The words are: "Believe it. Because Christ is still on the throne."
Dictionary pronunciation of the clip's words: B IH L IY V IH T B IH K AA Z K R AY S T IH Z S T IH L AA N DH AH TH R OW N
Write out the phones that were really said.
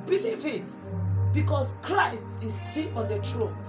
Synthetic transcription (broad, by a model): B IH L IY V IH T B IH K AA S K R AY S T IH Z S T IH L AA N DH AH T R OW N